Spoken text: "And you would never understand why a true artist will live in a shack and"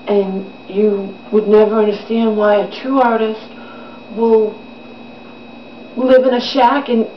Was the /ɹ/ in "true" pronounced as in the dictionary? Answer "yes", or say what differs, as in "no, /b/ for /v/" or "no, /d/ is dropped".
no, /ɹ/ is dropped